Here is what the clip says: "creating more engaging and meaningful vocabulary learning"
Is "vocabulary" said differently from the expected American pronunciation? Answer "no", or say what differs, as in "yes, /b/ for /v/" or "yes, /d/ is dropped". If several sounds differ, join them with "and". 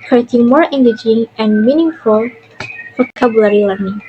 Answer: yes, /f/ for /v/